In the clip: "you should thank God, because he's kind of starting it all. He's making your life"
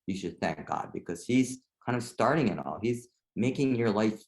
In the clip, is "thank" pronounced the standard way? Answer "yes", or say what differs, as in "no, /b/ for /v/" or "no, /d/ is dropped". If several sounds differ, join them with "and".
yes